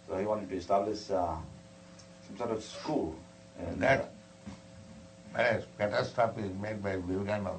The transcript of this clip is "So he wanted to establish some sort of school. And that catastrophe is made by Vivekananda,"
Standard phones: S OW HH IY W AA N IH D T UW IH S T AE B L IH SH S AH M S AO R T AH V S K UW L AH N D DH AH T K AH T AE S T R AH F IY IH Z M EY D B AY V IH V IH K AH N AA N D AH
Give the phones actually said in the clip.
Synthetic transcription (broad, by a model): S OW HH IY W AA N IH T UW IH S T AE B L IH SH S AH M S AO R T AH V S K UW L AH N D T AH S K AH T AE S T AH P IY IH Z M EY D B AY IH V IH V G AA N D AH